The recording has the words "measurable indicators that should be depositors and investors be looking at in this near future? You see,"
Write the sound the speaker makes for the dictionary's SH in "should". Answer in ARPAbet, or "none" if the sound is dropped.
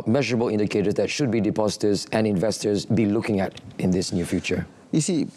SH